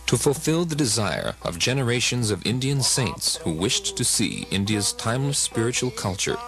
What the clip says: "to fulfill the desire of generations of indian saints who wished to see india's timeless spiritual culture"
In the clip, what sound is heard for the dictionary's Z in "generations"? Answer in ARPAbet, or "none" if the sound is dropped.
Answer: Z